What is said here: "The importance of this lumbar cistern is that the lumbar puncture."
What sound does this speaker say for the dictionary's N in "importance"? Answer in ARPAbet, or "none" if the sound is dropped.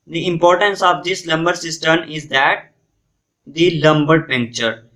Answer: N